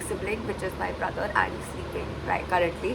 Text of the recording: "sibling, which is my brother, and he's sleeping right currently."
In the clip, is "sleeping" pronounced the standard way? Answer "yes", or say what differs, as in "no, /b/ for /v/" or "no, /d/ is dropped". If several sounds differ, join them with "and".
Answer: no, /l/ is dropped